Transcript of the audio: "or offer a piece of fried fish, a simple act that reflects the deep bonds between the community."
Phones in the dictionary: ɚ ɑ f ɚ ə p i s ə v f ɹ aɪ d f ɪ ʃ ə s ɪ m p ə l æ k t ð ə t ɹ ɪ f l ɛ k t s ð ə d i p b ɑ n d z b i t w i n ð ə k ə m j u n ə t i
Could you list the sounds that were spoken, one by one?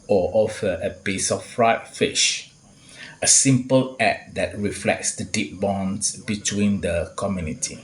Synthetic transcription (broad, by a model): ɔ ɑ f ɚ ə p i s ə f ɹ aɪ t f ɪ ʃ ə s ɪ m p ə l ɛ t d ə t ɹ ɪ f l ɛ k t s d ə d i p b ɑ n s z b i t w i n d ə k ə m j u n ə t i